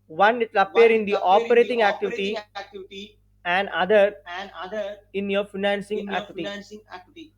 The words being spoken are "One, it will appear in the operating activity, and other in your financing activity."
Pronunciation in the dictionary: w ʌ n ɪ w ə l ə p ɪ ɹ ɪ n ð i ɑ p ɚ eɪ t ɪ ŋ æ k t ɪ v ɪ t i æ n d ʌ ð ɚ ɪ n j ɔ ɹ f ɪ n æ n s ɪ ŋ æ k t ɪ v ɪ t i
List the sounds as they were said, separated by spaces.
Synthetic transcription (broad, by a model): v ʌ n ɪ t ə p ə ʌ ɹ ɪ n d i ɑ p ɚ eɪ t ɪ ŋ æ k t ɪ v ɪ t i æ n d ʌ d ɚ ɪ n j ɔ ɹ f ɪ n æ n s ɪ ŋ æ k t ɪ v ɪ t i